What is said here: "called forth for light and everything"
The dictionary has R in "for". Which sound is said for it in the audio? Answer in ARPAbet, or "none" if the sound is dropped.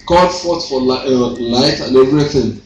L